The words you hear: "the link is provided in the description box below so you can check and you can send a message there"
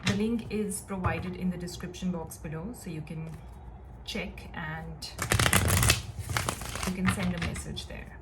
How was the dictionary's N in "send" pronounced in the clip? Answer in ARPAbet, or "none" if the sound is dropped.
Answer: N